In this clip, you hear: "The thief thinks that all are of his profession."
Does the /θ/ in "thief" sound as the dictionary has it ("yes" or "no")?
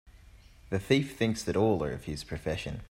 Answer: yes